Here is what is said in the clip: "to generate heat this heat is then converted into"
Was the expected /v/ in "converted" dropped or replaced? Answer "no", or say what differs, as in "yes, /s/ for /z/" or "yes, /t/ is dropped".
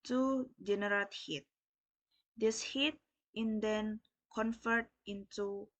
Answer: yes, /f/ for /v/